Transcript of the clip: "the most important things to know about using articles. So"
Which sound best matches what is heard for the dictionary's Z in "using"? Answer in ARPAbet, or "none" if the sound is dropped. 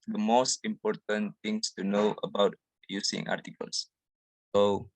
S